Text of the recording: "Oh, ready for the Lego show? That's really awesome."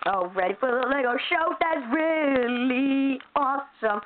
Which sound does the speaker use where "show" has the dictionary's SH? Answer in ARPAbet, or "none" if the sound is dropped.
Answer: SH